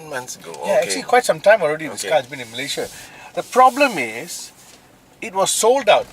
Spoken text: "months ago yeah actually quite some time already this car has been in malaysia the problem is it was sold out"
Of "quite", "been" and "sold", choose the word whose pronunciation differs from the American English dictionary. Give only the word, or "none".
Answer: none